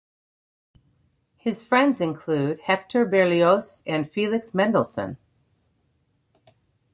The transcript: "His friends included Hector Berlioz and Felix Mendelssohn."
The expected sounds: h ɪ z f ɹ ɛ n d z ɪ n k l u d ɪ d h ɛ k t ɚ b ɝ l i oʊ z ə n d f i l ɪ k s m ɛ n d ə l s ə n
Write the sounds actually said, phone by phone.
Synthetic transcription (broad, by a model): h ɪ z f ɹ ɛ n d z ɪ n k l u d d h ɛ k t ɚ b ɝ l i oʊ s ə n f i l ɪ k s m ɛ n d l s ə n